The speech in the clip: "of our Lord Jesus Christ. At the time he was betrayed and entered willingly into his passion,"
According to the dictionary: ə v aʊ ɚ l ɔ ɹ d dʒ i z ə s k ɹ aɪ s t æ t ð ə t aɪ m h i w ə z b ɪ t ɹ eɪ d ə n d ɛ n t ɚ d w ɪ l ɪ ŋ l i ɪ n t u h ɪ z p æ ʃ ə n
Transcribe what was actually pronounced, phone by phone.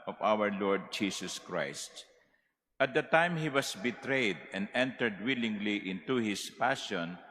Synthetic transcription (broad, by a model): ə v aʊ ɚ l ɔ ɹ d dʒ i s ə s k ɹ aɪ s t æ t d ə t aɪ m h i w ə s b ɪ t ɹ eɪ d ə n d ɛ n t ɚ d w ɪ l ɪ ŋ l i ɪ n t u h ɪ s p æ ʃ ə n